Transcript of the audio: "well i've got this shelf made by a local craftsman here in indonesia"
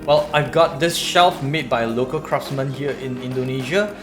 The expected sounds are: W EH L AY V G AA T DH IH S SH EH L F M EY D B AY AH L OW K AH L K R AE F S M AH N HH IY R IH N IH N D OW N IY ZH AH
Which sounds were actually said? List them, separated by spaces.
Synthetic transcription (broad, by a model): W EH L AY V G AA T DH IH S SH EH L F M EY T B AY AH L OW K AH L K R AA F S M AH N HH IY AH IH N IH N D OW N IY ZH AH